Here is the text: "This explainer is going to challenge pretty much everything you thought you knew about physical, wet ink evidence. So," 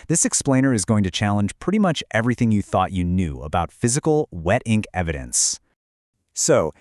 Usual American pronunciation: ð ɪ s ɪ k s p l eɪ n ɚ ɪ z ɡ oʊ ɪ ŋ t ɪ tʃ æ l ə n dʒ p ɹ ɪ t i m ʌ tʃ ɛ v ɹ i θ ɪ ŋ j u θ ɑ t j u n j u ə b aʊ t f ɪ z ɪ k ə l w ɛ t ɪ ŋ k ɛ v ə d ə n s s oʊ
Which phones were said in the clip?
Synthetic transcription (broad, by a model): ð ɪ s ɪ k s p l eɪ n ɚ ɪ z ɡ oʊ ɪ ŋ t ɪ tʃ æ l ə n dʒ p ɹ ɪ t i m ʌ tʃ ɛ v ɹ i θ ɪ ŋ j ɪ θ ɑ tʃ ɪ n j u ə b aʊ t f ɪ z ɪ k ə l w ɛ t ɪ ŋ k ɛ v ə d ə n s s oʊ